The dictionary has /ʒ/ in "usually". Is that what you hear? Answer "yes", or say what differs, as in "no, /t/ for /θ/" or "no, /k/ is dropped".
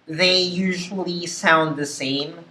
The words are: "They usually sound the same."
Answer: yes